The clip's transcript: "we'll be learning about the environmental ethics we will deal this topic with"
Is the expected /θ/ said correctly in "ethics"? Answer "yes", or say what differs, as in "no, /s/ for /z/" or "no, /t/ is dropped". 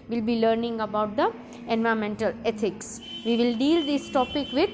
no, /t/ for /θ/